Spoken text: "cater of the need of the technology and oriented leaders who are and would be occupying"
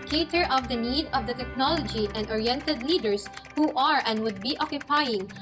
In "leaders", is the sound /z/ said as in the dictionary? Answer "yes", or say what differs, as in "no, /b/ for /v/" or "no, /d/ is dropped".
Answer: no, /s/ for /z/